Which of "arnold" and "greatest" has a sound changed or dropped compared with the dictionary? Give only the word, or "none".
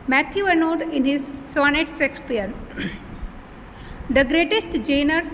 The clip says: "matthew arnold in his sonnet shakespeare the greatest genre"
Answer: arnold